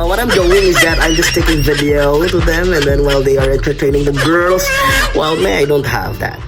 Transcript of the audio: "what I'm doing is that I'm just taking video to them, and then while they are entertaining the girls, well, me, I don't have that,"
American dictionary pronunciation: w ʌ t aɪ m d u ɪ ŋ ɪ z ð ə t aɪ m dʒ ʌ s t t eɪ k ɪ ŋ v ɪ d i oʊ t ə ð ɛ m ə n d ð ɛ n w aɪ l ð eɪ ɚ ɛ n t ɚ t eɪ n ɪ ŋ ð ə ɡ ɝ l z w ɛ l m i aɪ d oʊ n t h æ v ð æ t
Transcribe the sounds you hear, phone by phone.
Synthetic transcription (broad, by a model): w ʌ t aɪ m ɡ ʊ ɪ ŋ ɪ z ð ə t aɪ m dʒ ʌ s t t eɪ k ɪ ŋ v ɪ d i oʊ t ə ð ɛ m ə n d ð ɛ n w aɪ l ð eɪ ɚ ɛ n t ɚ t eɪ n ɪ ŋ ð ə ɡ ɝ l z w ɛ l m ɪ aɪ d oʊ n t h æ v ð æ t